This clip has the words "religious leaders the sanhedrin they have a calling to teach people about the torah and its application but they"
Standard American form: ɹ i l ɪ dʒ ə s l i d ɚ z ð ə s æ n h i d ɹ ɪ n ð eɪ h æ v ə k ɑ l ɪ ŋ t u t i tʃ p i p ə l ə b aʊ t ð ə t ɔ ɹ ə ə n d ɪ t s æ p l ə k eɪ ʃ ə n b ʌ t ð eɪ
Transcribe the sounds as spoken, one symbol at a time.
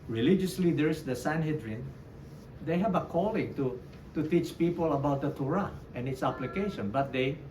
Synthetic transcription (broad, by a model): ɹ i l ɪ dʒ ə s l i d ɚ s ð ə s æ n h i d ɹ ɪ n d eɪ h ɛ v ə k ɑ l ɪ ŋ t u t i tʃ p i p ə l ə b aʊ t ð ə t ɔ ɹ ə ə n ɪ t s æ p l ə k eɪ ʃ ə n b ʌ t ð eɪ